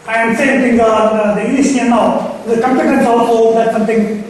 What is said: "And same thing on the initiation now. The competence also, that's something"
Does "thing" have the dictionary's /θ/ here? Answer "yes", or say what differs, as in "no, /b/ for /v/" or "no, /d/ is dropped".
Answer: no, /t/ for /θ/